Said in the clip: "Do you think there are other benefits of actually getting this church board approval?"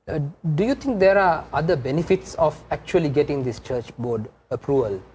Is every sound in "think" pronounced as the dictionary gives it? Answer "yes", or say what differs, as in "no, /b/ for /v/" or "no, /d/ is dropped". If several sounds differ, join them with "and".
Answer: no, /t/ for /θ/